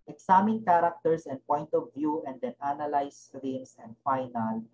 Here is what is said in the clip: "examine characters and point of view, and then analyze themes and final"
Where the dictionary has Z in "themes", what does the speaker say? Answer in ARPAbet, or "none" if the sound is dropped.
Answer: S